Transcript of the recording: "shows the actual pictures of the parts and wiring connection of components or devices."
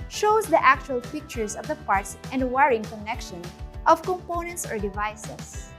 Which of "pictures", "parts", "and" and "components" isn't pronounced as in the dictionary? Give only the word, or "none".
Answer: pictures